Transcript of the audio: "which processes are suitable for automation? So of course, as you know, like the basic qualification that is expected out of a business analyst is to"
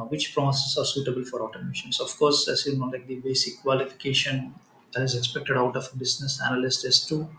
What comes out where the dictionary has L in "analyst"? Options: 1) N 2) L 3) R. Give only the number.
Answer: 2